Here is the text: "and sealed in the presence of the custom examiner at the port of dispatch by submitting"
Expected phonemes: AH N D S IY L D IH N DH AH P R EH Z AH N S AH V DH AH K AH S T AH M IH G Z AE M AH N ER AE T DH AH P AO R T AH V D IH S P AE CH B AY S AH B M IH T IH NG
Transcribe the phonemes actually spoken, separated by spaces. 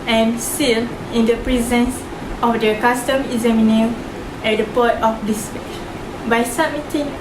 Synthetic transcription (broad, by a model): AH N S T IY L IH N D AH P R EH Z AH N S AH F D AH K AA S T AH M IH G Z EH M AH N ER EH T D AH P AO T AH F D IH S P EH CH B AY S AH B M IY T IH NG